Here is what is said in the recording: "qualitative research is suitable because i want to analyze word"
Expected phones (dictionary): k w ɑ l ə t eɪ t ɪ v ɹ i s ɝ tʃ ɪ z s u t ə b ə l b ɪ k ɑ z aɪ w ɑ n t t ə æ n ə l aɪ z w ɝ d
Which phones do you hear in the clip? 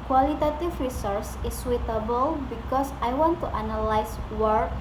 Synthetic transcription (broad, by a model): k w ɑ l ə t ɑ t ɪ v ɹ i s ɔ s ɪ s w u t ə b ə l b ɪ k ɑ s aɪ w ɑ n t t ə n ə l aɪ s w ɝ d